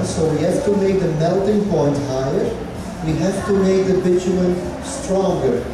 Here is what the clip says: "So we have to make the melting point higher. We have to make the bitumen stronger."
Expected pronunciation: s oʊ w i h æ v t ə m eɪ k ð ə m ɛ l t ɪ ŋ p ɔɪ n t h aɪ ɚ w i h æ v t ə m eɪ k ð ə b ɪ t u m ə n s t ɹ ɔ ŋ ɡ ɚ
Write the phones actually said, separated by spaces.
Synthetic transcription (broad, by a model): s oʊ w i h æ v t ə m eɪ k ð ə m ɛ l t ɪ ŋ p ɔɪ n t h aɪ ɚ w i h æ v t ə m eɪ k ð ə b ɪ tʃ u ə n s t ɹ ɔ ŋ ɡ ɚ